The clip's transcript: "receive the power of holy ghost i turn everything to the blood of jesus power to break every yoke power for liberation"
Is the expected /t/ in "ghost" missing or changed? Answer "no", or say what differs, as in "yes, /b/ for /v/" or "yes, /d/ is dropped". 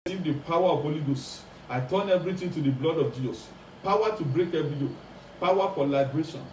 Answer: yes, /t/ is dropped